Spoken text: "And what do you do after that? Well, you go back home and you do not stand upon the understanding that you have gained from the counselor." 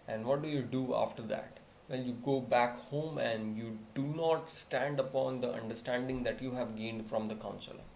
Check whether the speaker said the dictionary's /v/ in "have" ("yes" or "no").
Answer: yes